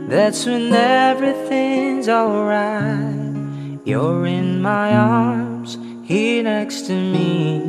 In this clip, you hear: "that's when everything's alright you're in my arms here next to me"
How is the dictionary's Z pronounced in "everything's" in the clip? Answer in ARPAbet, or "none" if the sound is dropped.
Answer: Z